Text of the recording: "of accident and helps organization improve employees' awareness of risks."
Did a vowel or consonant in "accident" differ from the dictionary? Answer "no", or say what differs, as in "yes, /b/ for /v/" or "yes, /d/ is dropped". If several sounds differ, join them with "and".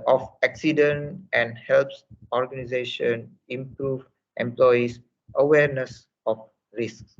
no